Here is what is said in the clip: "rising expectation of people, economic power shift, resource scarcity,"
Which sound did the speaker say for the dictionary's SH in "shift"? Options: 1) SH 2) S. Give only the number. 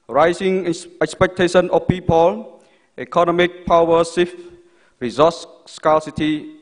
2